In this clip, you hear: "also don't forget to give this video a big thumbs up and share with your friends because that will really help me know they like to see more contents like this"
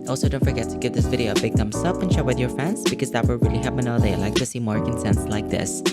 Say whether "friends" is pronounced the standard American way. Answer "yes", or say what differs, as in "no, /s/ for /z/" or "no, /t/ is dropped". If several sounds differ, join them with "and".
no, /ɹ/ is dropped